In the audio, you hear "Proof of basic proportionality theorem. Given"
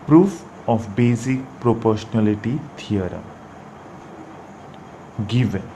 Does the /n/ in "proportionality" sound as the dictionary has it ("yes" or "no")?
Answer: no